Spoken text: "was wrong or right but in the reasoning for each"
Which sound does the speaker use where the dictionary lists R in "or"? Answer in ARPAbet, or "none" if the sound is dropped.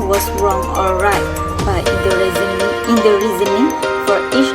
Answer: L